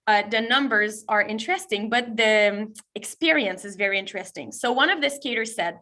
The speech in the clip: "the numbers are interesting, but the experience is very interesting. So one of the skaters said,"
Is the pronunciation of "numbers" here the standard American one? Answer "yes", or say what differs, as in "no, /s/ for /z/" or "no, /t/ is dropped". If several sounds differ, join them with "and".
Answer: yes